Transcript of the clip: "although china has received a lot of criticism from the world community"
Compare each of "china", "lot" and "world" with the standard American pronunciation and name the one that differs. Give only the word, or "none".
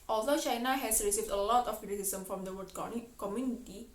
world